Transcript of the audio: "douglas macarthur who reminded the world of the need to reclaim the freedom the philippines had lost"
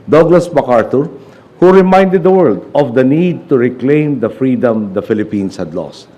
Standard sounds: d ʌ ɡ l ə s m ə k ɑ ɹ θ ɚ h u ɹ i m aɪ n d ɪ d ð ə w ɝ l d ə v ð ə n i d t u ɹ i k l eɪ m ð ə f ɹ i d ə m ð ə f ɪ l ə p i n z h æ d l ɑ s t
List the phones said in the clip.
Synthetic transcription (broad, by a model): d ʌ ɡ l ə s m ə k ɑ ɹ t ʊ h u ɹ i m aɪ n d ɪ d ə w ɝ l d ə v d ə n i d t u ɹ i k l eɪ m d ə f ɹ i d ə m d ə f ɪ l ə p i n s h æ d l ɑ s t